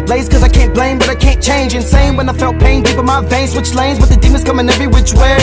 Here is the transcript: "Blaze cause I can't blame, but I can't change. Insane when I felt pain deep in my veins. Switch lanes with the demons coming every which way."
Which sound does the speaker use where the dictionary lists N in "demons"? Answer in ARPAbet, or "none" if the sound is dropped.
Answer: none